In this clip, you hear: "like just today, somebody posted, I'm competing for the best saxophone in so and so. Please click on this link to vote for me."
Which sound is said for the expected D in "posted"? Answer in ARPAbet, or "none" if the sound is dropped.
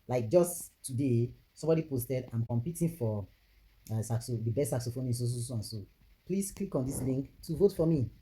D